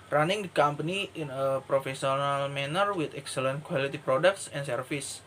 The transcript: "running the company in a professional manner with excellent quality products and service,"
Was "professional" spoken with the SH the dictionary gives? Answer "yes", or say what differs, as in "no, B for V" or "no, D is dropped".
no, S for SH